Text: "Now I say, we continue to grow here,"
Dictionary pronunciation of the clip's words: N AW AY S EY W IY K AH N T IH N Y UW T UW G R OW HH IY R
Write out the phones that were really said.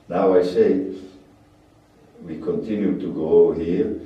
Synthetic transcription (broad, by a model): N AW AY S EY W IY K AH N T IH N Y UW T UW G OW HH IY R